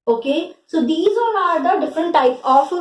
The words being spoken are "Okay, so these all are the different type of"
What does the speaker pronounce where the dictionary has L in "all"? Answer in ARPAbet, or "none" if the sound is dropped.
N